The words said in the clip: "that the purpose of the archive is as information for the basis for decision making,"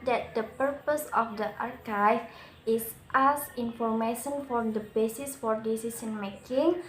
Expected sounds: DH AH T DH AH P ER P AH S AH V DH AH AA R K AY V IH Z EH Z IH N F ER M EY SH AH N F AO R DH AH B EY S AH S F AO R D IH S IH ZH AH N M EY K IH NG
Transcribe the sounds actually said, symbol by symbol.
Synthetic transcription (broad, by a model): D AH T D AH P ER P AH S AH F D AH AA R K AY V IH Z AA S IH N F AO M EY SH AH N F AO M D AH B EY S AH S F AO R D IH S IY S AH N M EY K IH NG